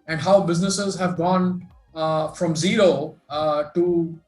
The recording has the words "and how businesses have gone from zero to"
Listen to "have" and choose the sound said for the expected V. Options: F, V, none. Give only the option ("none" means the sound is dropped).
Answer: V